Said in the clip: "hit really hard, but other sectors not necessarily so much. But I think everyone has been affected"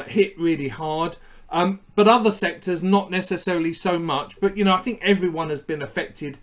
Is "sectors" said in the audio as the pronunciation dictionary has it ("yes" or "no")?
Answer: yes